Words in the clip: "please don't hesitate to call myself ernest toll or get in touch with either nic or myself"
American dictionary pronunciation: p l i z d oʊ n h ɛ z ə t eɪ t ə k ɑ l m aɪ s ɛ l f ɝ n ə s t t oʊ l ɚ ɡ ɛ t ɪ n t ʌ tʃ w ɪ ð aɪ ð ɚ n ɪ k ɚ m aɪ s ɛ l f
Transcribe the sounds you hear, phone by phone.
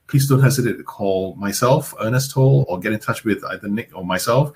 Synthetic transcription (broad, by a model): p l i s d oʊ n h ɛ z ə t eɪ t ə k ɑ l m aɪ s ɛ l f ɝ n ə s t t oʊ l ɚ ɡ ɛ t ɪ n t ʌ tʃ w ɪ ð aɪ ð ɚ n ɪ k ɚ m aɪ s ɛ l f